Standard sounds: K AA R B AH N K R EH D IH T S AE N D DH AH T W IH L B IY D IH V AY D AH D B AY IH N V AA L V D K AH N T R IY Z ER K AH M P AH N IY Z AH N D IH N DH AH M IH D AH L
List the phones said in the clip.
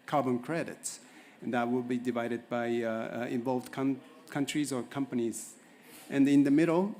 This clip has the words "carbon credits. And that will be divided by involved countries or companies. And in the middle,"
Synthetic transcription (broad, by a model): K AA R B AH N K R EH D IH T S N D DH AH T W IH L B IY D IH V AY D AH D B AY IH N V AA L V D K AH N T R IY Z ER K AH M P AH N IY Z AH N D IH N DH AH M IH D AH L